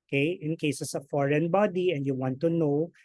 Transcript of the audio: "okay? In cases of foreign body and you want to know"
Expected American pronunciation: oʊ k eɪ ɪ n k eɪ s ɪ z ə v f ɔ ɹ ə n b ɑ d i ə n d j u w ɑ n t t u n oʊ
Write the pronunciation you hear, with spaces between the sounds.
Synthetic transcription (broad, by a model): k eɪ ɪ n k eɪ s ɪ s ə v f ɔ ɹ ə n b ɑ d i ə n d j u w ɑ n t t u n oʊ